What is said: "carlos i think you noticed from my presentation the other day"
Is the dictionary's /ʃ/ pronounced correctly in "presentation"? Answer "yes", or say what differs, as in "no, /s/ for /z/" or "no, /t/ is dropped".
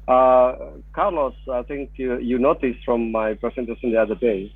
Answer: no, /s/ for /ʃ/